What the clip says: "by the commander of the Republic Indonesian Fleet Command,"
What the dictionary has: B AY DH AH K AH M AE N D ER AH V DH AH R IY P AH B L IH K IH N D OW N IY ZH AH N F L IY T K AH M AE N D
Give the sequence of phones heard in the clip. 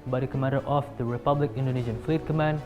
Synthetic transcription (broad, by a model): B AY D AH K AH M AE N D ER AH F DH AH R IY P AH B L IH K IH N D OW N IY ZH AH N F L IY T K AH M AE N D